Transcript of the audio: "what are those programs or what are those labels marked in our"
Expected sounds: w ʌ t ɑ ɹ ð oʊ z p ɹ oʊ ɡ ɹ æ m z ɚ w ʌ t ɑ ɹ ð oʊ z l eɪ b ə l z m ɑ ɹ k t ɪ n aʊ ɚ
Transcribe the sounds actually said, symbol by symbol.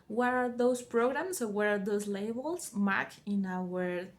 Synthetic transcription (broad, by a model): w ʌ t ɑ ɹ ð oʊ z p ɹ oʊ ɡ ɹ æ m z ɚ w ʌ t ɑ ɹ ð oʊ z l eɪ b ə l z m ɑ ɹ k ɪ n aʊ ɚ